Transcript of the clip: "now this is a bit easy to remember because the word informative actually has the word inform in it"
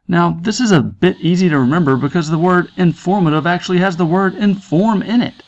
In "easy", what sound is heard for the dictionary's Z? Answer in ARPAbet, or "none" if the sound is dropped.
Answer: Z